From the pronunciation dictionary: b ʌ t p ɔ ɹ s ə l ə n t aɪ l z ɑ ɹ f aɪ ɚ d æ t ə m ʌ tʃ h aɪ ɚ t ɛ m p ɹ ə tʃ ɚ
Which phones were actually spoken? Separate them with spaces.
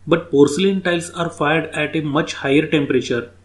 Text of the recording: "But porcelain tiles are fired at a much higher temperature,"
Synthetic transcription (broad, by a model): b ʌ t p ɔ ɹ s ə l ə n t aɪ l s ɑ ɹ f aɪ ɚ d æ t ə m ʌ tʃ h aɪ ɚ t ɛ m p ɹ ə tʃ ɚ